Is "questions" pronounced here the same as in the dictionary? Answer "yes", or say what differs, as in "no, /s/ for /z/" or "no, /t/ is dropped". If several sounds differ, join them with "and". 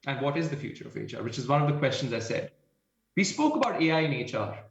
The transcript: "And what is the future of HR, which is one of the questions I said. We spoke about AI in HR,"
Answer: yes